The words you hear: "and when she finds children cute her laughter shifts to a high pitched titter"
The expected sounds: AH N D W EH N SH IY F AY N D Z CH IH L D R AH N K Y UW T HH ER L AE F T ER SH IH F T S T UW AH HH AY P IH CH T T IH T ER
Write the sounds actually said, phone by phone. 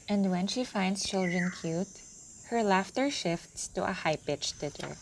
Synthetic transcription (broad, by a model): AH N D W EH N SH IY F AY N D S CH IH L D R AH N K Y UW T HH ER L AE F T ER SH IH F T S T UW AH HH AY P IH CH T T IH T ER